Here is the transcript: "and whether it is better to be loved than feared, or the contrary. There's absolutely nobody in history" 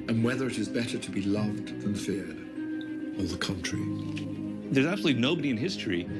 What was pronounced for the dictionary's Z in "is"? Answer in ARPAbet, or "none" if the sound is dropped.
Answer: Z